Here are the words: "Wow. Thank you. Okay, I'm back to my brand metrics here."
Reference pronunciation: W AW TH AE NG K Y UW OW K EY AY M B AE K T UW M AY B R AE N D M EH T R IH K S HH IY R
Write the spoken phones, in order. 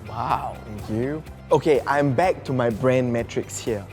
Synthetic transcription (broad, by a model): W AW T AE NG K Y UW OW K EY AY M B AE K T UW M AY B R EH N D M EH T R IH K S HH IY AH